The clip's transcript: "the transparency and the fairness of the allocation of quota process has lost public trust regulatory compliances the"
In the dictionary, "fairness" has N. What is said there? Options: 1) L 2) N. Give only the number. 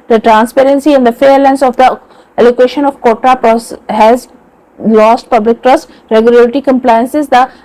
1